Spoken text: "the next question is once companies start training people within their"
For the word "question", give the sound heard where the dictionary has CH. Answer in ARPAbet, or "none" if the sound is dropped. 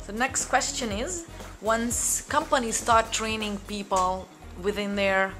CH